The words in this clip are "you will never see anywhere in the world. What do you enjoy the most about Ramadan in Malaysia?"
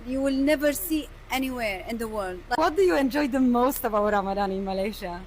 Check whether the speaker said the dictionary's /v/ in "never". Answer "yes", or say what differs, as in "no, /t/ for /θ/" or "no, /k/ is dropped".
yes